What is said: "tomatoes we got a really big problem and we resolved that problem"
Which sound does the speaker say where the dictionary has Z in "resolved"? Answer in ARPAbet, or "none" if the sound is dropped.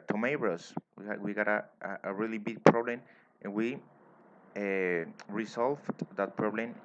S